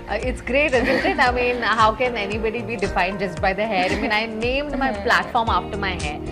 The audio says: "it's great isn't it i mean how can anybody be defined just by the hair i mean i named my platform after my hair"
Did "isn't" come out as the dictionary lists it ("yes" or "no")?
no